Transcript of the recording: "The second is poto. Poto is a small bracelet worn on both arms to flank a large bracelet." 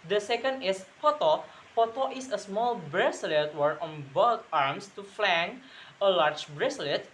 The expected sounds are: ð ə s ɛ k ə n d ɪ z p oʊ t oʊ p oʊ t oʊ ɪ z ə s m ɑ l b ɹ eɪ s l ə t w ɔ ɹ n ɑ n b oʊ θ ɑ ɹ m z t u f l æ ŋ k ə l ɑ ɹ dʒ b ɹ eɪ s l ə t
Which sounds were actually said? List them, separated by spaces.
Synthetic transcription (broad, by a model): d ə s ɛ k ə n d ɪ s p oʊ t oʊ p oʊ t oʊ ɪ s ə s m ɑ l b ɹ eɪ s l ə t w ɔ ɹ ɑ n b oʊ t ɑ ɹ m s t u f l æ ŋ ə l ɑ ɹ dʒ b ɹ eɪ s l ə t